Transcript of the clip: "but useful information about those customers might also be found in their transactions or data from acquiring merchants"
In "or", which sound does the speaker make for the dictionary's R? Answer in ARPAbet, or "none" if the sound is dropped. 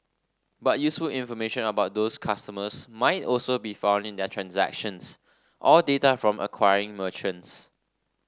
L